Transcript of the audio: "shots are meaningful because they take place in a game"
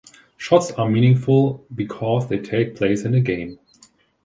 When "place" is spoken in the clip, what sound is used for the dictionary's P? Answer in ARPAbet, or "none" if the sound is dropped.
P